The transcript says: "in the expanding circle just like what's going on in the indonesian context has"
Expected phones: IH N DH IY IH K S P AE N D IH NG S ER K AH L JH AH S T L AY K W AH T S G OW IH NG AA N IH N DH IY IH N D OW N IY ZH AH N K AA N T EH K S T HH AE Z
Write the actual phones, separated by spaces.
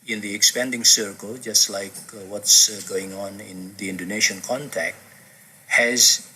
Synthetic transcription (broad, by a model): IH N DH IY IH K S P AE N D IH NG S ER K AH L JH AH S T L AY K W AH T S G OW IH NG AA N IH N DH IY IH N D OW N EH SH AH N K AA N T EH K T HH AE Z